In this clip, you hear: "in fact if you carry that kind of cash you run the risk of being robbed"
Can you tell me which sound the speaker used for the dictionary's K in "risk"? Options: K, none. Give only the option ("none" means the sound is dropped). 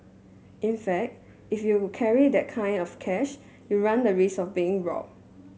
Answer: none